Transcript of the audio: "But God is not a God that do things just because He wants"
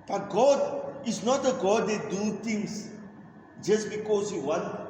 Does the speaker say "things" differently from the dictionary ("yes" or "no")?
yes